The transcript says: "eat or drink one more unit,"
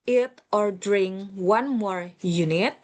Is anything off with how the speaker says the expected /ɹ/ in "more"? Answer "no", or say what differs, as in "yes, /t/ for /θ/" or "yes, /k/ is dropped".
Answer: no